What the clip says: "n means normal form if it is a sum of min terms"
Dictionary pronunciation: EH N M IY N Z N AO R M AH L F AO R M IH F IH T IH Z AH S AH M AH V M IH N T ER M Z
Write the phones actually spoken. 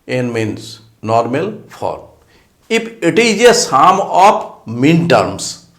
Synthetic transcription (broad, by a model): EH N M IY N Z N AO R M AH L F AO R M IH P IH T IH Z AH S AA M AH P M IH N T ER M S